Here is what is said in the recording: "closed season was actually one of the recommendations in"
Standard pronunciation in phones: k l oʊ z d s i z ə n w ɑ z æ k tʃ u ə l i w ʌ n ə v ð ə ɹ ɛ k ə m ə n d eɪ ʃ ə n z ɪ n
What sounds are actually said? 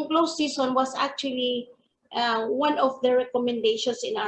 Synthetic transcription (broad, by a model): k l oʊ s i s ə n w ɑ s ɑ k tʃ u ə l i w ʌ n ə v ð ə ɹ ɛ k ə m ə n d eɪ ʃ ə n s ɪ n